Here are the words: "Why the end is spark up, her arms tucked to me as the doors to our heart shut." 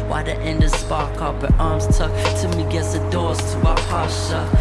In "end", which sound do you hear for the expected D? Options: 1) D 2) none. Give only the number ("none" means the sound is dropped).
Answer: 1